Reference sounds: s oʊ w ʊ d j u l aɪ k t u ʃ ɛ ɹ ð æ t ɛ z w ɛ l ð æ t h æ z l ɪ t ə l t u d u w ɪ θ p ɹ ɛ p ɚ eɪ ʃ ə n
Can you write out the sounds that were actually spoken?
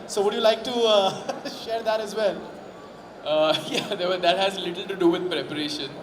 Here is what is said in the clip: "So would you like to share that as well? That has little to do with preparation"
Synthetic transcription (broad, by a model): s oʊ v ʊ d j u l aɪ k t u ʃ ɛ ɹ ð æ t ɛ z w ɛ l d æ t h æ z l ɪ t ə l t u d u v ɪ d p ɹ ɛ p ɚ eɪ ʃ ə n